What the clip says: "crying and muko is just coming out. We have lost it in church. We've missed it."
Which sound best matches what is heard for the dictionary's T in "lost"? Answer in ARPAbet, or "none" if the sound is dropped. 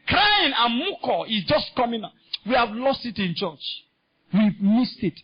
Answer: T